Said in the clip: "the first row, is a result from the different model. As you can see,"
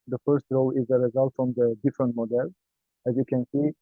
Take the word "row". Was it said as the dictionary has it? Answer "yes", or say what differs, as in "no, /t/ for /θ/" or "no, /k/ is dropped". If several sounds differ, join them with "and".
yes